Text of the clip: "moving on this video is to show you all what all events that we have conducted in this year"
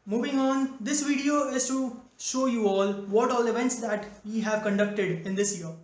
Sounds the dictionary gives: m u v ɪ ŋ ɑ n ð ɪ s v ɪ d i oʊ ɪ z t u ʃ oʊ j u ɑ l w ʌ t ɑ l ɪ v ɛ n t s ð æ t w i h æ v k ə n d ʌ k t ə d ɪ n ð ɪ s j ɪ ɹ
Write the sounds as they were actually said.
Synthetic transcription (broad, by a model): m u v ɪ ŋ ɑ n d ɪ s v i d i oʊ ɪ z t u ʃ oʊ j u ɑ l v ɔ t ɑ l ɪ v ɛ n t s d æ t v i h æ v k ə n d ʌ k t ə d ɪ n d ɪ s j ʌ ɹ